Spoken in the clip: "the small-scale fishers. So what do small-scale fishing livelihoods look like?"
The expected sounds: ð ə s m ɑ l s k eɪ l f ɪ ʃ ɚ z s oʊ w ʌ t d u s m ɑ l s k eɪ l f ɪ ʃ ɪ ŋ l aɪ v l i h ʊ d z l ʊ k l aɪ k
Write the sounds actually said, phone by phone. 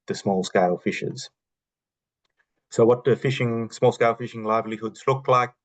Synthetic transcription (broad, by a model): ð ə s m ɑ l s k eɪ l f ɪ ʃ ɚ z s oʊ w ʌ t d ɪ s m ɑ l s k eɪ l f ɪ ʃ ɪ ŋ l aɪ v l i h ʊ d z l ʊ k l aɪ k